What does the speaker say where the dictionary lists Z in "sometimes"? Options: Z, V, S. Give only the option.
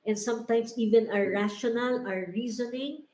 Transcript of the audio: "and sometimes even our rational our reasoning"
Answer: S